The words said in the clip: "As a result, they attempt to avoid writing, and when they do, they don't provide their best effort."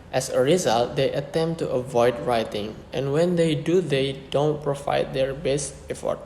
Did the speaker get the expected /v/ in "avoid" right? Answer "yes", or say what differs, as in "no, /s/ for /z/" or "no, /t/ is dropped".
yes